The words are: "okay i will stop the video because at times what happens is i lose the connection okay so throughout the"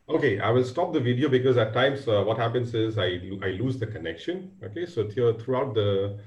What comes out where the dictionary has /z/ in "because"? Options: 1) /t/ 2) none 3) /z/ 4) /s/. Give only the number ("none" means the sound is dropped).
3